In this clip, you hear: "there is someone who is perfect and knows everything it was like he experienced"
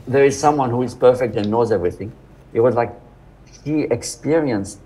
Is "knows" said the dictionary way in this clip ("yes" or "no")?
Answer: yes